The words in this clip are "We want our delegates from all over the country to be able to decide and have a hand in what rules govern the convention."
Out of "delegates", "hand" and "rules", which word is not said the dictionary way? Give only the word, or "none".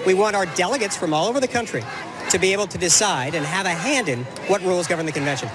none